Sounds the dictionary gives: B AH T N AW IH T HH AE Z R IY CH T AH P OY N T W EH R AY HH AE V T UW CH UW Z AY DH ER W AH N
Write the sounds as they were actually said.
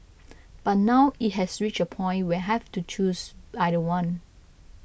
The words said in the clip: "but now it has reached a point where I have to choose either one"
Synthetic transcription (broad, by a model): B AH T N AW IH T HH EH S R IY CH AH P OY N T W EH HH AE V T UW CH UW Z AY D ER W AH N